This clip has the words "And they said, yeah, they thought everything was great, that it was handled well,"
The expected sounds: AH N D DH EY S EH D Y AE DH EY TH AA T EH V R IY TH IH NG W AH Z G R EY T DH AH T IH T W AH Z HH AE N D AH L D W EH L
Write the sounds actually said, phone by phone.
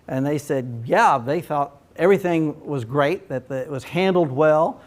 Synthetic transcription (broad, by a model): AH N DH EY S EH D Y AE DH EY TH AA T EH V R IY TH IH NG W AH Z G R EY T DH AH T IH T W AH Z HH AE N D L D W EH L